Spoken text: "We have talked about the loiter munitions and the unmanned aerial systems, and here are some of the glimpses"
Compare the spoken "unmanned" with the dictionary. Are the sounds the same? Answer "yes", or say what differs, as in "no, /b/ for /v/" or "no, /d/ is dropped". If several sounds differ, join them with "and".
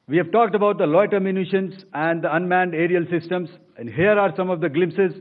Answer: yes